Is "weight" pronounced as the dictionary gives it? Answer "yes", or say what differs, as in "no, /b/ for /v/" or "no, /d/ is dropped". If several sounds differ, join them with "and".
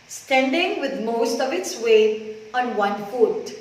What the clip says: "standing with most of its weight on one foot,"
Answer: no, /t/ is dropped